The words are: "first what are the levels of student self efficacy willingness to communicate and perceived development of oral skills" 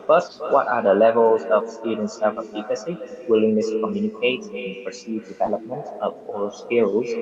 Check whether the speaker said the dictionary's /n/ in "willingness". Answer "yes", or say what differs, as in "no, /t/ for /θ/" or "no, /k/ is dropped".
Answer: no, /l/ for /n/